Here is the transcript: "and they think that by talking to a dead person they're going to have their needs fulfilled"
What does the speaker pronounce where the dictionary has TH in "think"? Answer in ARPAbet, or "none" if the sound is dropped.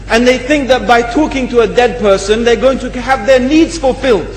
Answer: TH